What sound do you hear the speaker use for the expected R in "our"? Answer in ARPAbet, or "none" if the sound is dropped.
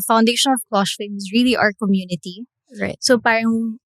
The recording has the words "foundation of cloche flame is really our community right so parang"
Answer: R